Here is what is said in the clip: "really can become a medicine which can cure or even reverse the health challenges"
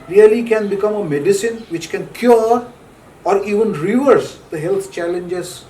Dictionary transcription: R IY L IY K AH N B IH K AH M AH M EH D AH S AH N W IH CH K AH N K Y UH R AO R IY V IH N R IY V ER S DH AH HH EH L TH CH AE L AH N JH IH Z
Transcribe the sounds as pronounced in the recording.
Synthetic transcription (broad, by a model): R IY L IY K AH N B IH K AH M AH M EH D AH S AH N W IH CH K AH N K Y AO R AO R IY V IH N R IY V ER S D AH HH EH L T CH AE L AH N JH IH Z